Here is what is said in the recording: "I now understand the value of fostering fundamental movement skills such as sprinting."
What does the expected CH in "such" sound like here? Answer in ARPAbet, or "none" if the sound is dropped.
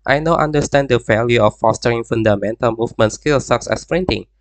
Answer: S